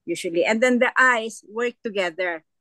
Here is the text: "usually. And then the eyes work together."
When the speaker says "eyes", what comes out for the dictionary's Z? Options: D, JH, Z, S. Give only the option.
S